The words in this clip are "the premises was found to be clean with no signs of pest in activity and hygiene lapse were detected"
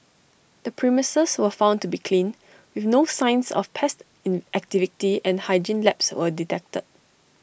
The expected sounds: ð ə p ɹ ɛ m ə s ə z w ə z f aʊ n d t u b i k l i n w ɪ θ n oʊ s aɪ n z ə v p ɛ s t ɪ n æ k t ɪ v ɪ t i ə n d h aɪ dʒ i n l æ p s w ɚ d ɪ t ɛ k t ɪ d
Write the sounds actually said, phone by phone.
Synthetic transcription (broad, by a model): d ə p ɹ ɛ m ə s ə s w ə f aʊ n t u b i k l i n w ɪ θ n oʊ s aɪ n s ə f p ɛ s t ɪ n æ k t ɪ v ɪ t i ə n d h aɪ dʒ i n l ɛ p s w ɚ d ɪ t ɛ k t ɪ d